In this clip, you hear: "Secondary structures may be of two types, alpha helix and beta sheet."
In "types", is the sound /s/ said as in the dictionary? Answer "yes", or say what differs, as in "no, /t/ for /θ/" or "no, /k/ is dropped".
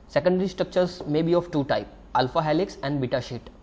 no, /s/ is dropped